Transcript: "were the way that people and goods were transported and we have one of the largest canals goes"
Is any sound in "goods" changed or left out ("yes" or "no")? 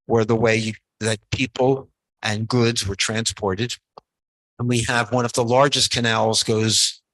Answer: no